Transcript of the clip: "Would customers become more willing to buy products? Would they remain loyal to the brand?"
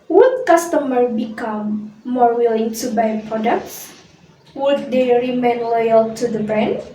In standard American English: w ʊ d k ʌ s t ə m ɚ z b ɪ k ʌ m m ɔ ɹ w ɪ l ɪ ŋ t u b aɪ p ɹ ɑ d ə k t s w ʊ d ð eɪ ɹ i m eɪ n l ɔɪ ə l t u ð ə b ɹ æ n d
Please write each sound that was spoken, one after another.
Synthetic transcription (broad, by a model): w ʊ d k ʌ s t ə m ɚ b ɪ k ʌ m m ɔ ɹ w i l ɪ ŋ t u b aɪ p ɹ ɑ d ə k t s w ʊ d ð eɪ ɹ i m eɪ n l ɔɪ ə l t u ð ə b ɹ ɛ n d